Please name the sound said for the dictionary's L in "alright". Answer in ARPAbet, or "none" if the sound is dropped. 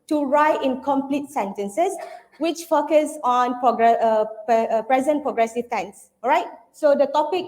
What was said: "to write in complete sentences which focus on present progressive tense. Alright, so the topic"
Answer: none